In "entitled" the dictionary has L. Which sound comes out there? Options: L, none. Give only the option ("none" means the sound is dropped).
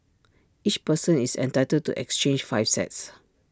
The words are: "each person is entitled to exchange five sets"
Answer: none